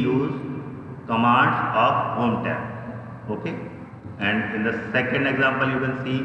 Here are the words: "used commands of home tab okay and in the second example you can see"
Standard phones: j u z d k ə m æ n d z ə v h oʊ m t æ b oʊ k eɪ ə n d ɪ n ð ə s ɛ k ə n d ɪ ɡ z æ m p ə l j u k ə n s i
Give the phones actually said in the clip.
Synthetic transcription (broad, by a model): j u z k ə m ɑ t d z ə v h oʊ m t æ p oʊ k eɪ ə n d ɪ n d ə s ɛ k ə n d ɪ ɡ z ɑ m p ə l j u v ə l s i